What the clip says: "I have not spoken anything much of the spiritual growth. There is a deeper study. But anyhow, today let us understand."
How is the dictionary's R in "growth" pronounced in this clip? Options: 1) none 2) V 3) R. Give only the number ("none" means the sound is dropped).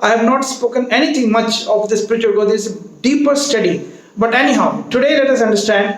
1